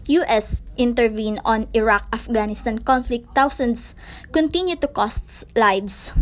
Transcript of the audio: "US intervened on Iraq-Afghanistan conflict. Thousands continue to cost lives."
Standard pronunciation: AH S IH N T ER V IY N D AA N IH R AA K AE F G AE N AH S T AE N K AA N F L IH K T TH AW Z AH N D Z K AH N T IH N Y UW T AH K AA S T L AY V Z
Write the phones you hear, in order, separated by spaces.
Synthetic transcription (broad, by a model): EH S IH N T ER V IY N AA N IH R AA K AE F G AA N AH S T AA N K AA N F L IH K T AW S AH N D S K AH N T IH N Y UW T AH K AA S T L AY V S